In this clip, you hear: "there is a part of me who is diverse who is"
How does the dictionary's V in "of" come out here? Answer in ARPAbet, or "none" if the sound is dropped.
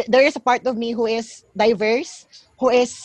V